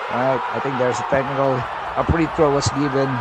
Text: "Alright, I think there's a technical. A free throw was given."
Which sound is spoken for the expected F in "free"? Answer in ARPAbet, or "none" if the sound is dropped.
P